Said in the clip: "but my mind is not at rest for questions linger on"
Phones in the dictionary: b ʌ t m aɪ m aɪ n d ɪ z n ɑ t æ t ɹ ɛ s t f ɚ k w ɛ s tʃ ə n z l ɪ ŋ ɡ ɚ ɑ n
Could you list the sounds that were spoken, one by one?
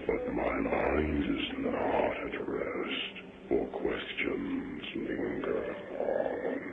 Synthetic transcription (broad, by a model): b ʌ t m aɪ m aɪ n d ɪ z n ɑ t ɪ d ɹ ɛ s t f ɚ k w ɛ s tʃ ə n z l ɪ ŋ ɡ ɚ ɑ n